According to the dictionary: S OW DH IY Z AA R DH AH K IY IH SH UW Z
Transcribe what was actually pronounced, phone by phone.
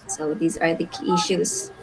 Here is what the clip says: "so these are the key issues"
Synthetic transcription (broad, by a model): S OW DH IY Z AA R DH AH K IY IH SH UW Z